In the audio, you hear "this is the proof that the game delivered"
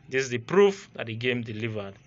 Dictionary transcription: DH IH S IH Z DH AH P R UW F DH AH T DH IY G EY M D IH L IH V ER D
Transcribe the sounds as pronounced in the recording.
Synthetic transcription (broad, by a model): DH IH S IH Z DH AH P R UW F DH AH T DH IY G EY M D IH L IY V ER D